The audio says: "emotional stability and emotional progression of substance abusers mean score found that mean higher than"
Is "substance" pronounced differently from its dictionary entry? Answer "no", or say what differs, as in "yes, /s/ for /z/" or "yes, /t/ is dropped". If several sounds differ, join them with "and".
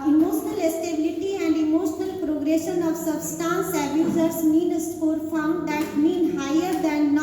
no